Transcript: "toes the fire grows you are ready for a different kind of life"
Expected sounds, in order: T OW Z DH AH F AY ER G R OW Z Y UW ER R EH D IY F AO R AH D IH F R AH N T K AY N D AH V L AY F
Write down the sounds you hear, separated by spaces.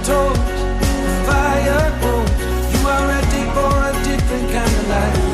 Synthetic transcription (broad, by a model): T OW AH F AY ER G OW Y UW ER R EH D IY F AO R AH D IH F R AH N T K AY N D AH V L AY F